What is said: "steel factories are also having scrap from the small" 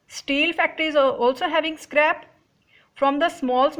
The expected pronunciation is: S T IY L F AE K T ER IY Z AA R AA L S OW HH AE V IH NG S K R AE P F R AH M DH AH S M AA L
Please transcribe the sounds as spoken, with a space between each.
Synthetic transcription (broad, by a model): S T IY L F AE K T ER IY Z AA R AA L S OW HH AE V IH NG S K R AE P F R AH M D AH S M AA L